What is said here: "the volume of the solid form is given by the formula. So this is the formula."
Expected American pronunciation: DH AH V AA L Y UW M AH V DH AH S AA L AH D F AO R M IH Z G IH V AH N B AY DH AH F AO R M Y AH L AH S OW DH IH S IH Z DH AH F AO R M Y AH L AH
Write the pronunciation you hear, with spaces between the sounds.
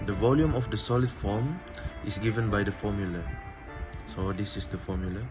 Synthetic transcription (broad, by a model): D AH V AA L Y UW M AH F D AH S AA L AH D F AO M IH S G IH V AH N B AY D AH F AO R M Y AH L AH S OW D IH S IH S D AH F AO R M Y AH L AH